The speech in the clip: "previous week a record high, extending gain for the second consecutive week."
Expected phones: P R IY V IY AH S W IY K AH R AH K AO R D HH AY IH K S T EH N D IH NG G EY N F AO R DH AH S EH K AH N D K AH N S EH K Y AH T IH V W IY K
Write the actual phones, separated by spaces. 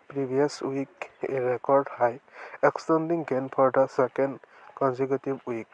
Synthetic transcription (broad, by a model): P R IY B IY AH S W IY K AH R AH K AO R D HH AY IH K S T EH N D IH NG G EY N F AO R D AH S EH K AH N D K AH N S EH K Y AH T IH B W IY K